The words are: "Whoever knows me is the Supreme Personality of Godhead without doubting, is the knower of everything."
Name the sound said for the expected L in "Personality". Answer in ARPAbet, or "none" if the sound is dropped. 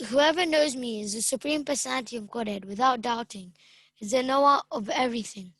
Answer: N